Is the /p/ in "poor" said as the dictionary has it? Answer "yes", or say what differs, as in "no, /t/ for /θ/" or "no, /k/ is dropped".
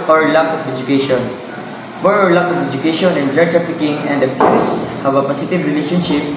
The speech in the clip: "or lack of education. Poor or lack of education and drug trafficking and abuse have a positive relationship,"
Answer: no, /b/ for /p/